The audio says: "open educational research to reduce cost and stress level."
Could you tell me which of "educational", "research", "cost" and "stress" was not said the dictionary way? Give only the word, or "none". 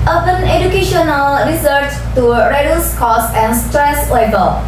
research